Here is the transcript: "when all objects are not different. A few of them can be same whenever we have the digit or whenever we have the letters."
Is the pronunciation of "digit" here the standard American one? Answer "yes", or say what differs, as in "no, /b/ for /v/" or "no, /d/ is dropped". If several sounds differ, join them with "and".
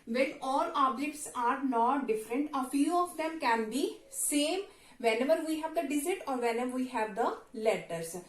no, /z/ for /dʒ/